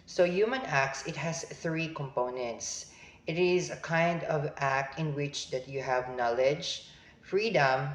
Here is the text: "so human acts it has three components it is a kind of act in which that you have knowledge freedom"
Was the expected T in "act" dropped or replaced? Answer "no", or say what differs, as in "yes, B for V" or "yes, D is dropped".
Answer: no